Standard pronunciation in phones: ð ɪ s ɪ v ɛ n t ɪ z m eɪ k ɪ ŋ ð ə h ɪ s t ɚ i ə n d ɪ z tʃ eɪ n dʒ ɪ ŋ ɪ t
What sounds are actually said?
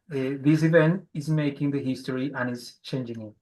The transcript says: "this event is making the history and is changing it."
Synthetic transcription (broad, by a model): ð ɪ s ɪ v ɛ n t ɪ z m eɪ k ɪ ŋ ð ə h ɪ s t ɚ i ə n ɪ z tʃ eɪ n dʒ ɪ ŋ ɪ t